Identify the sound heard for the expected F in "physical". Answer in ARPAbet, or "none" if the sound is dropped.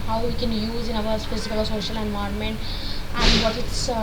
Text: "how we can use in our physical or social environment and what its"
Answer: P